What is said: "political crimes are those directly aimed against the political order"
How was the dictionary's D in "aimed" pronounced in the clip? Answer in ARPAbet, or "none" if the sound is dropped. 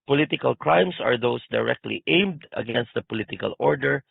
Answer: D